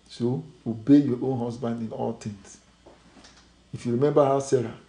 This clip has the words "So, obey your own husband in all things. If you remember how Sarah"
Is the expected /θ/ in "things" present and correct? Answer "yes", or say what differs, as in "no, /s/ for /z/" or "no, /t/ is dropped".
no, /t/ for /θ/